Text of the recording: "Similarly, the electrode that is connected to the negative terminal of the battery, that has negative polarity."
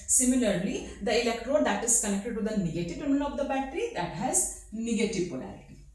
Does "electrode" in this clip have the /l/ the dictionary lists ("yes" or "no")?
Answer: yes